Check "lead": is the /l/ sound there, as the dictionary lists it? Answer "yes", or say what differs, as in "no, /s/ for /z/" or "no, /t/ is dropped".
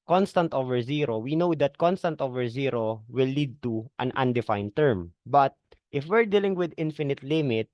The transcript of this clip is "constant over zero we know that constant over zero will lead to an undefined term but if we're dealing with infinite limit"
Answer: yes